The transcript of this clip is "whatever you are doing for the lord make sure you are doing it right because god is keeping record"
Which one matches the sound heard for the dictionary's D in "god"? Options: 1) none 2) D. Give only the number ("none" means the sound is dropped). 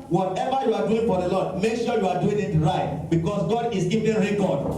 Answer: 2